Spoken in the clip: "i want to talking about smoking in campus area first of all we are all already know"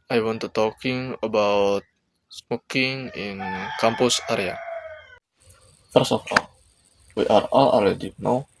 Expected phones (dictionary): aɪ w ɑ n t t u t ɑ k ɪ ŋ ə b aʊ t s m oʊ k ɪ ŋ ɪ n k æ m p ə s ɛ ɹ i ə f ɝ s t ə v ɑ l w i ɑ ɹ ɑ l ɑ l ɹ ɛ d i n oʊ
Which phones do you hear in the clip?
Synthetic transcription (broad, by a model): aɪ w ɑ n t t u t ɑ k ɪ ŋ ə b aʊ t s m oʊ k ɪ ŋ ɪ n k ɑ m p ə s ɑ ɹ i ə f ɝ s ə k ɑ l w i ɑ ɹ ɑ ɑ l ɛ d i n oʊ